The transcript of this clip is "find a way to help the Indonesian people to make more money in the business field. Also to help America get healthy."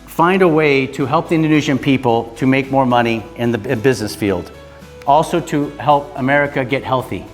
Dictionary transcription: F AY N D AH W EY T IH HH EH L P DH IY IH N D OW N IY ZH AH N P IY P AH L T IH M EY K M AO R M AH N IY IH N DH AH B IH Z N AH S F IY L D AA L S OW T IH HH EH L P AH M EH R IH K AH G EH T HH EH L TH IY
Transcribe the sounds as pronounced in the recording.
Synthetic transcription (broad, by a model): F AY N D AH W EY T IH HH EH L P DH IY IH N D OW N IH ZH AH N P IY P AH L T IH M EY K M AO R M AH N IY IH N DH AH B IH Z N AH S F IY L D AA L S OW T IH HH EH L P AH M EH R IH K AH G EH T HH EH L TH IY